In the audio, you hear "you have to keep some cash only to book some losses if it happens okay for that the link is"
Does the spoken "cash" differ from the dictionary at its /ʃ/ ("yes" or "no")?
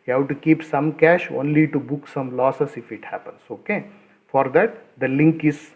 no